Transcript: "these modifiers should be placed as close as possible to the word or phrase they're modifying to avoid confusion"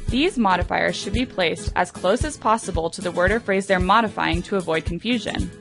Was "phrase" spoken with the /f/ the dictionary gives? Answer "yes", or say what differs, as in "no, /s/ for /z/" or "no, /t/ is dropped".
yes